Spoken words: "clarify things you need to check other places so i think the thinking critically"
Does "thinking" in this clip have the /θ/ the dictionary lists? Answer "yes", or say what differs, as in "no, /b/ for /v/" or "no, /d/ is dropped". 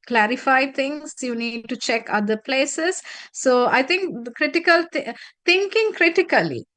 no, /t/ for /θ/